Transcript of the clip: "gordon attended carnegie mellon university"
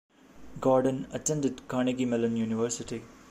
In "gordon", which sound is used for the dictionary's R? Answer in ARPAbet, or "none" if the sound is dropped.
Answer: R